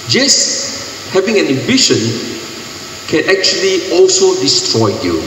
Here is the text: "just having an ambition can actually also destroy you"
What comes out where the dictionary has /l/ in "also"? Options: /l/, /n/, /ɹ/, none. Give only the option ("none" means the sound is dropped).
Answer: /l/